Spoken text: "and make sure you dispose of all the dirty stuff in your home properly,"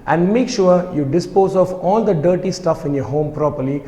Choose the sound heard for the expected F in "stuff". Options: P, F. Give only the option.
F